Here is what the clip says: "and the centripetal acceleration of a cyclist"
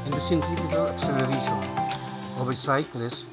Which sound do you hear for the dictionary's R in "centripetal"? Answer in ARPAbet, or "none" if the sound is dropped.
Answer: none